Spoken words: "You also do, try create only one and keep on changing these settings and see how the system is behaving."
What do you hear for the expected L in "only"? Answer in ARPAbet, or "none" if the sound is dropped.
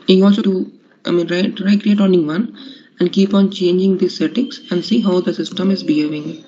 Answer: none